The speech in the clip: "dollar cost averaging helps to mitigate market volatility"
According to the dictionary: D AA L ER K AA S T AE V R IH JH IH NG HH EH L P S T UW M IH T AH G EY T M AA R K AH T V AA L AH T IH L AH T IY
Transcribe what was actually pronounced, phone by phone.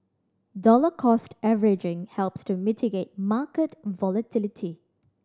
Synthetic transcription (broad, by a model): D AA L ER K AA S T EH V R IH JH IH NG HH EH L P S T UW M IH T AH G EY T M AA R K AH T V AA L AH T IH L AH T IY